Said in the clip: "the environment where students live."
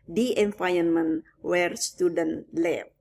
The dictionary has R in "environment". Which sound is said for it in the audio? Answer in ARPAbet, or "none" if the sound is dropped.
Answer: none